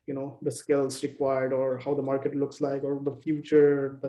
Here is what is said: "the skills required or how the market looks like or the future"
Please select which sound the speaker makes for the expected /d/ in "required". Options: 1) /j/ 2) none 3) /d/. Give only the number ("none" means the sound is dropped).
3